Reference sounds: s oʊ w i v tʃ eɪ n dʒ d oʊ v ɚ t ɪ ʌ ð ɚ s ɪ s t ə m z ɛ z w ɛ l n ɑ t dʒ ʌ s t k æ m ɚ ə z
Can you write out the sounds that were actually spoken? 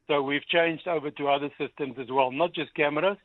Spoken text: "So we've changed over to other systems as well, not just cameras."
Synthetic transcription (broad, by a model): s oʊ w i v tʃ eɪ n dʒ d oʊ v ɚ t ɪ ʌ ð ɚ s ɪ s t ə m z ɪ z w ɛ l n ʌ t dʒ ʌ s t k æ m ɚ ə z